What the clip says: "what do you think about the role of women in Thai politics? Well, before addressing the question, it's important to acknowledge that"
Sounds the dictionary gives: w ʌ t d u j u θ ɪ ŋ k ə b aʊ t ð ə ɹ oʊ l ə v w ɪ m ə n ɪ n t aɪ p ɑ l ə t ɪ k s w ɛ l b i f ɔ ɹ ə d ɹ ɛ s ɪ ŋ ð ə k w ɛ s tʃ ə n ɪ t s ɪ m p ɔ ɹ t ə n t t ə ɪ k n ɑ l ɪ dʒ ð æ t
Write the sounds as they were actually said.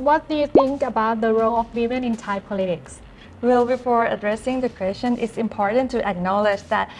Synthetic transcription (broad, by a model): w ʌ t d u j u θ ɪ ŋ k ə b aʊ t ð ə ɹ oʊ l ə f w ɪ m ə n ɪ n t aɪ p ɑ l ə t ɪ k s w ɛ l b i f ɔ ɹ ə d ɹ ɛ s ɪ ŋ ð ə k w ɛ s tʃ ə n ɪ t s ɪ m p ɔ ɹ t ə n t t ə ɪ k n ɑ l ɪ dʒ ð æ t